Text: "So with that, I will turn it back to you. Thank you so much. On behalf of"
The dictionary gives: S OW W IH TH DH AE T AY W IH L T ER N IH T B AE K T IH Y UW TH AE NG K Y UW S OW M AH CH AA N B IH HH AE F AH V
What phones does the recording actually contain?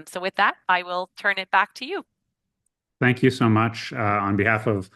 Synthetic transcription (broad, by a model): S OW W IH DH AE T AY W IH L T ER N IH T B AE K T IH Y UW TH AE NG K Y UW S OW M AH CH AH N B IH HH AE F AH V